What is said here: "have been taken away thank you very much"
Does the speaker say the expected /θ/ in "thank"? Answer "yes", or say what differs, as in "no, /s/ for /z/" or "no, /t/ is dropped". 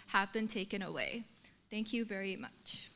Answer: yes